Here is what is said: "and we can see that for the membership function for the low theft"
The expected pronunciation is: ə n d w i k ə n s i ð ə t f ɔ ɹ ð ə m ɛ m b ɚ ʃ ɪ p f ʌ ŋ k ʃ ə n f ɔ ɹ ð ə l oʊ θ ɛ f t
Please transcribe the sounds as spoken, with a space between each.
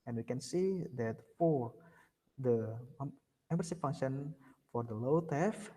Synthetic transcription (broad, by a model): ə n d w i k ə n s i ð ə t f ɔ ɹ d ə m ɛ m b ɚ s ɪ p f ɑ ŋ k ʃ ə n f ɔ ɹ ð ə l oʊ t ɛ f